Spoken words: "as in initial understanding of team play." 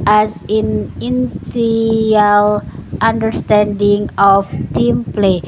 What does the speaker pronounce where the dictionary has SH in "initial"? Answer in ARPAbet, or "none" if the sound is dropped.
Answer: none